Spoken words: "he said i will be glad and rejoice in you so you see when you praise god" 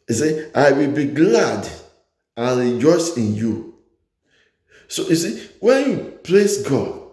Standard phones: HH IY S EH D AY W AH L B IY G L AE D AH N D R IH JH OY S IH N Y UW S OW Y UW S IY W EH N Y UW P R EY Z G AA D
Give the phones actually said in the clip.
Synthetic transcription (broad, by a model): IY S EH AY W AH L B IY G L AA D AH N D R IH JH OY S IH N Y UW S OW Y UW S IY W EH N Y UW P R EY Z G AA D